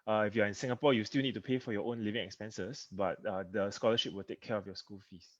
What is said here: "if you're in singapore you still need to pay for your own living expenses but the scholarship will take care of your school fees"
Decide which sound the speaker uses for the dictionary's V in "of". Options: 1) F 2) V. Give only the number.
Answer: 1